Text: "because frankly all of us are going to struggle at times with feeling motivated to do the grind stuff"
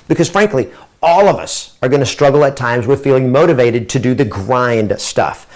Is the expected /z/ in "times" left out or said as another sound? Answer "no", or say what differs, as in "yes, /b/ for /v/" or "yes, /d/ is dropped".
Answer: no